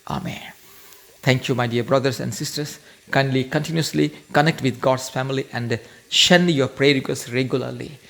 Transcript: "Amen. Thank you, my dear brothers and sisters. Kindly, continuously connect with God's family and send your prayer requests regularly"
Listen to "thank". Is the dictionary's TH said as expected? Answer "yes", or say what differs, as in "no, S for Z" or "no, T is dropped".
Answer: no, T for TH